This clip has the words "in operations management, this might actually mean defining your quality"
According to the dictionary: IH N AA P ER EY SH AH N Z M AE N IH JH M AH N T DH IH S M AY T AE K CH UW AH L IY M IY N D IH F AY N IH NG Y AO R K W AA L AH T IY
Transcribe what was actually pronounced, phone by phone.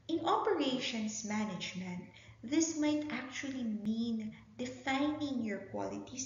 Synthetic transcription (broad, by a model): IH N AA P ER EY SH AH N S M AE N IH JH M AH N T DH IH S M AY T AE K CH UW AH L IY M IY N D IH F AY N IH NG Y AO R K W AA L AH T IY